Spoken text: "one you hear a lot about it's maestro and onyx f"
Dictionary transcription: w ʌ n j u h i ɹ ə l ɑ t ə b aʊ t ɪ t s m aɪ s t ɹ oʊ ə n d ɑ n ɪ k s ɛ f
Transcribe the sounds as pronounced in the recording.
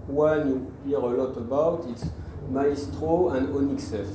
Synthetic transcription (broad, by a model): w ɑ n j u h i ɹ ə l ɑ t ə b aʊ t ɪ t s m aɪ s t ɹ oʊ ə n d ɑ n ɪ k s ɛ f